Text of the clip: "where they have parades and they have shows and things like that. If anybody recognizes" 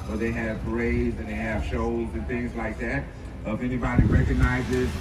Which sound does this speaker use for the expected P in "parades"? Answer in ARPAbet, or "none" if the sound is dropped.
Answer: B